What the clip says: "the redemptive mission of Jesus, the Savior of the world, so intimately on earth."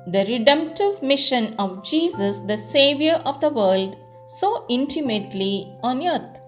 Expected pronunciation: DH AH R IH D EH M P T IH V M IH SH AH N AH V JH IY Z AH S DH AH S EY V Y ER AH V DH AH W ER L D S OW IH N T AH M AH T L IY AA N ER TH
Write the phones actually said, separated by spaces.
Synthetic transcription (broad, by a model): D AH R IH D EH M P T IH V M IH SH AH N AH V JH IY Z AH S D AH S EY V Y ER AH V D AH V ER L D S OW IH N T AH M AH T L IY AA N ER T